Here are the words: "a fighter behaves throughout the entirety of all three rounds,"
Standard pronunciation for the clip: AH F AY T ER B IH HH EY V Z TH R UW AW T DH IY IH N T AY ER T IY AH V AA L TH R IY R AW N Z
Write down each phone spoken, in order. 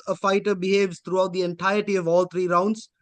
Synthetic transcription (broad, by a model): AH F AY T ER B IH HH EY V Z T R UW AW T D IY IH N T AY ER T IY AH V AA L T R IY R AW N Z